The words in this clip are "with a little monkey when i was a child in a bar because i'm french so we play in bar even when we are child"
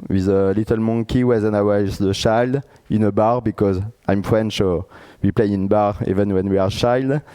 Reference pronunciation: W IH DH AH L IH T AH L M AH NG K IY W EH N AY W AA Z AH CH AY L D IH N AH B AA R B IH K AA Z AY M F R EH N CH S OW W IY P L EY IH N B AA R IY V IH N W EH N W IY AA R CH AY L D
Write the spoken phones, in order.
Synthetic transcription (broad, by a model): W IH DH AH L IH T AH L M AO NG K IY W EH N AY W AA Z AH CH AY L D IH N AH B AA R B IH K AA Z AY M F R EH N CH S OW W IY P L EY IH N B AA R IY V IH N W EH N W IY AA R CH AY L D